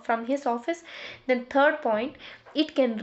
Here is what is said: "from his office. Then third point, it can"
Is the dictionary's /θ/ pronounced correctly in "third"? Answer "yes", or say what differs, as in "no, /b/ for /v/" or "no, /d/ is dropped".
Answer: no, /t/ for /θ/